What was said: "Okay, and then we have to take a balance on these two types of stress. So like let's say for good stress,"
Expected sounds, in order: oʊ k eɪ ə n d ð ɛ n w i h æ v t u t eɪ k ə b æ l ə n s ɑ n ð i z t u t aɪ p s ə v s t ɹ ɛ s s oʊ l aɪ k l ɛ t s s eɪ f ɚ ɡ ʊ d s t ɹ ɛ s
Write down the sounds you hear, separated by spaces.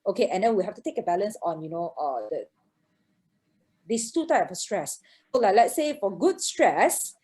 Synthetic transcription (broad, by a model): oʊ k eɪ ə n d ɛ n w i h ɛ f t u t eɪ k ə b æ l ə n s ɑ n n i s t u t aɪ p ə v s t ɹ ɛ s s oʊ l aɪ k l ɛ t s s eɪ f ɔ ɡ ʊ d s t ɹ ɛ s